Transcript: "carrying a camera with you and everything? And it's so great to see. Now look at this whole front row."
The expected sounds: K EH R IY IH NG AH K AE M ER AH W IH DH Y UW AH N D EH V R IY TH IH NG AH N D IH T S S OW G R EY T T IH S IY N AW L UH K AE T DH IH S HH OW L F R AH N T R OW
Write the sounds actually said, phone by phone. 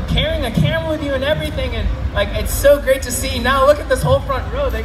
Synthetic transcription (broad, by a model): K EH R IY IH NG AH K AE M W IH DH Y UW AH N EH V R IY TH IH NG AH N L IH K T S OW G R EY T T IH S IY N AW L UH K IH T DH IH S HH OW L F R AH N T R OW